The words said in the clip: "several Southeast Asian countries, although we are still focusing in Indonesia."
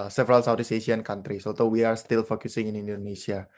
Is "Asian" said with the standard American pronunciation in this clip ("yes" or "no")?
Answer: no